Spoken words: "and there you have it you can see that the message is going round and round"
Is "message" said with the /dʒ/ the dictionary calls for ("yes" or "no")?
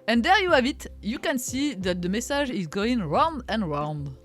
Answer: no